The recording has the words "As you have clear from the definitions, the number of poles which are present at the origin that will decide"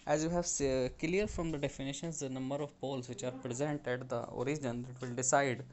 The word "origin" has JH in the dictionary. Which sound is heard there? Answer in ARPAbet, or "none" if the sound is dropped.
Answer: JH